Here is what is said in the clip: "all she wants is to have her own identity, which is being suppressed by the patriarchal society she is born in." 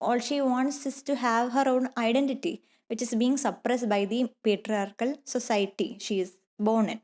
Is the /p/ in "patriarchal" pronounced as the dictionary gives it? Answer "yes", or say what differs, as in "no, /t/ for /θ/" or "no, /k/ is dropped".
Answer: yes